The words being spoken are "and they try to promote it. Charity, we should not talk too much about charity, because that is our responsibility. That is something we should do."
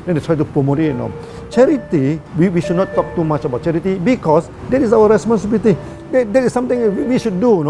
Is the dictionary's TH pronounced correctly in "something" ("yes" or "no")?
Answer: no